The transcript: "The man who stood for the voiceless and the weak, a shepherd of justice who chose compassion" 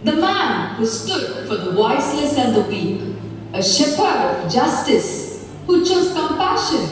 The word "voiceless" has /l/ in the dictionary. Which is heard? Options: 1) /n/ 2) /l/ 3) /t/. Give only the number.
1